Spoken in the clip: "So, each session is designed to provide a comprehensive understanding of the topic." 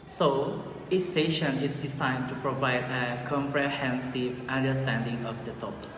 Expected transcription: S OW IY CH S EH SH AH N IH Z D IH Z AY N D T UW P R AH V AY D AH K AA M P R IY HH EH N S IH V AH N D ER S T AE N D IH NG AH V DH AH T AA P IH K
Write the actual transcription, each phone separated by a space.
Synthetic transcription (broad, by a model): S OW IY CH S EH SH AH N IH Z D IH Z AY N T UW P R AH V AY D AH K AA M P R IY HH EH N S IH V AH N D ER S T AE N D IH NG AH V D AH T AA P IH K